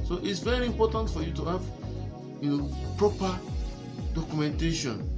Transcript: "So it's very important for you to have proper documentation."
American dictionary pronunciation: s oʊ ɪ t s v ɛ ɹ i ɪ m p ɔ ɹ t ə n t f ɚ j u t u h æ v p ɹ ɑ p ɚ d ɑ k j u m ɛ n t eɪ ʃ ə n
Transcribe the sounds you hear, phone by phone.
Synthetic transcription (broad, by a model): s oʊ ɪ t s v ɛ ɹ i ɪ m p ɔ t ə n t f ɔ j u t u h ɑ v p ɹ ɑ p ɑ d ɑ k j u m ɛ n t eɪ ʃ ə n